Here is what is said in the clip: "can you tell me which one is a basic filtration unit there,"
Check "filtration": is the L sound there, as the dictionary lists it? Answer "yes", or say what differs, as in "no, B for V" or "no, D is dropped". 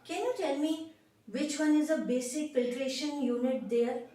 no, L is dropped